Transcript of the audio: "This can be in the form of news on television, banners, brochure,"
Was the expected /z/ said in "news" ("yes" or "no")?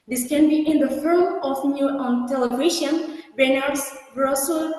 no